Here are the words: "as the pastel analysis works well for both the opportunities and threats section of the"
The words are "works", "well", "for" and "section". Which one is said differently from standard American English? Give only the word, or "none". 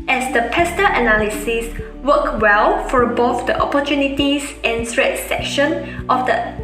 works